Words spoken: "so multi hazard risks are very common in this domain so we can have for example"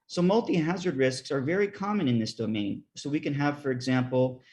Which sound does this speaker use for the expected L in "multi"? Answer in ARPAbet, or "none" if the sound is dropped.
L